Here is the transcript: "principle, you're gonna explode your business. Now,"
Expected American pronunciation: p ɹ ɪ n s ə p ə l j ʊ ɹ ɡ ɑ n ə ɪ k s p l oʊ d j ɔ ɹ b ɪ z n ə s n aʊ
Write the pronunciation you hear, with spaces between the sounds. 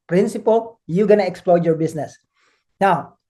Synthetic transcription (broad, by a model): p ɹ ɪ n s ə p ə l j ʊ ɡ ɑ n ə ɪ k s p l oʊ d j ɔ ɹ b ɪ s n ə s n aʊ